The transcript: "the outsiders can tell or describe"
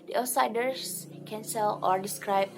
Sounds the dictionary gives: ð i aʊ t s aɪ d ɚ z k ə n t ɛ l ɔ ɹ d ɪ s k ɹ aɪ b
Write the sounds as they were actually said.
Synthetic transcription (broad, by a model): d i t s aɪ d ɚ s k ə n s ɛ l ɔ ɹ d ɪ s k ɹ aɪ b